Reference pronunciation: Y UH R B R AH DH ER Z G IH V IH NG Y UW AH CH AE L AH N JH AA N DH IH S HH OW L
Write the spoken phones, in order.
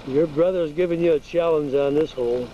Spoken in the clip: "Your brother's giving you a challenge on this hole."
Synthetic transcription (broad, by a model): Y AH R B R AH DH ER Z G IH V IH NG Y AH CH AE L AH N Z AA N DH IH S HH OW L